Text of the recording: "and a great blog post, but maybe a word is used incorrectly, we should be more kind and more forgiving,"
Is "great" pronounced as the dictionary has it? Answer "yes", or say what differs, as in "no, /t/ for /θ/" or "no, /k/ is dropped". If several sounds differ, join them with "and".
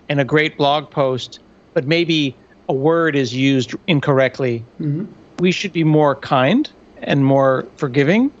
yes